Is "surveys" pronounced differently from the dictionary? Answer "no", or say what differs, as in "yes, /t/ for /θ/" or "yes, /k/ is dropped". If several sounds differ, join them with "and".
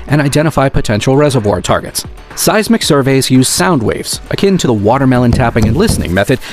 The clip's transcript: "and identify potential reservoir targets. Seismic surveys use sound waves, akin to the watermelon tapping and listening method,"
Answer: no